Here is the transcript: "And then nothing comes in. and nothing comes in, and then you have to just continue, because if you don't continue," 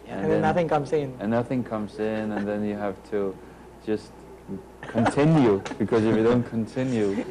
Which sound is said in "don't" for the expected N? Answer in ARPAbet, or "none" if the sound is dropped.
N